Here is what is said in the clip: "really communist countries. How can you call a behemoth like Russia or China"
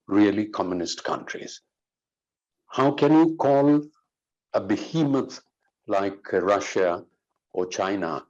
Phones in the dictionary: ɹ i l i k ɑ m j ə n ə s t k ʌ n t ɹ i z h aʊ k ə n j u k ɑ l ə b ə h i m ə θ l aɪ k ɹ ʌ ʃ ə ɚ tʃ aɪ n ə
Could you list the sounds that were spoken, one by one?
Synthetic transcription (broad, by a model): ɹ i l i k ɑ m j ə n ə s t k ʌ n t ɹ i z h aʊ k ə n j u k ɑ l ə b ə h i m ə t l aɪ k ɹ ʌ ʃ ə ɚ tʃ aɪ n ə